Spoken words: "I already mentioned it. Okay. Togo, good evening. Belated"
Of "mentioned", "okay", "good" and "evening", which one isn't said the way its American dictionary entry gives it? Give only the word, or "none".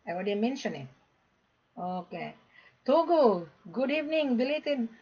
mentioned